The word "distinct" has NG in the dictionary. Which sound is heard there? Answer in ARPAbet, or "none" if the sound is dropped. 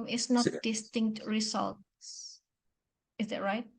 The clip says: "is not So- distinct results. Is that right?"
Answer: NG